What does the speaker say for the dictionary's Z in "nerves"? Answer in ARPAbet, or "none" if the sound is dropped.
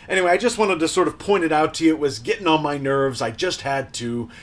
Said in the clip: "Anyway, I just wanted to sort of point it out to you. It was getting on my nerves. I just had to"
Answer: Z